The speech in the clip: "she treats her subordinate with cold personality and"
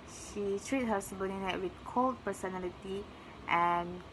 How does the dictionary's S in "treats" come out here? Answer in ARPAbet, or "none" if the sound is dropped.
none